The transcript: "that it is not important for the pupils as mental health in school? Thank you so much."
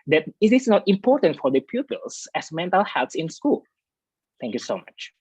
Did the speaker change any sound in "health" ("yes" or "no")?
yes